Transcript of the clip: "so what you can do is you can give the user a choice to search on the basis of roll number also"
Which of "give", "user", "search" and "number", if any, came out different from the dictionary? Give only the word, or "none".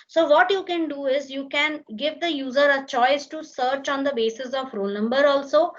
none